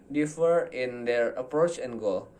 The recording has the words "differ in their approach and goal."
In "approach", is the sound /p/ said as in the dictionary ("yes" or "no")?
yes